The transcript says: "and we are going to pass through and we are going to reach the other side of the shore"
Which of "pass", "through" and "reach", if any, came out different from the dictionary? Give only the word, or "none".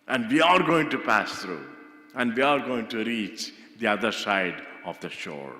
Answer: through